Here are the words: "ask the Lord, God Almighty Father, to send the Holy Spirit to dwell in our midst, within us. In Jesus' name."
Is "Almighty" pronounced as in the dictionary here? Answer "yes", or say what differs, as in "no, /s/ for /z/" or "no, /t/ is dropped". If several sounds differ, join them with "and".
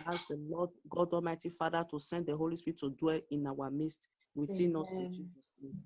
no, /l/ is dropped